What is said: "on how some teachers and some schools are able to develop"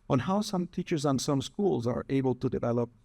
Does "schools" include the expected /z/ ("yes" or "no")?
yes